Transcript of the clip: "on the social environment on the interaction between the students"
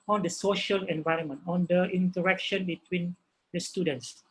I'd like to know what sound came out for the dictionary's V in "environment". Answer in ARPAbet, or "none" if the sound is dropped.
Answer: V